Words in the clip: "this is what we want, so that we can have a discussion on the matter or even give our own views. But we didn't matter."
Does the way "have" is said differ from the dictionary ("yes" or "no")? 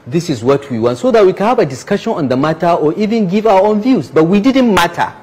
yes